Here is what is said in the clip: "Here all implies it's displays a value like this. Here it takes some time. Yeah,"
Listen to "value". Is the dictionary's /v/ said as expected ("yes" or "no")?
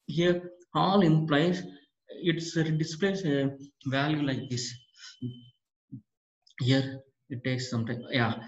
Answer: yes